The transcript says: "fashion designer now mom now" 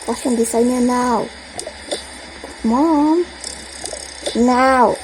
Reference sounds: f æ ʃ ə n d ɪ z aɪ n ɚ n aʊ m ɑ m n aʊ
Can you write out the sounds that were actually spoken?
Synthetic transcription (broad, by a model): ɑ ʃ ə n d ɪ s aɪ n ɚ n aʊ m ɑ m n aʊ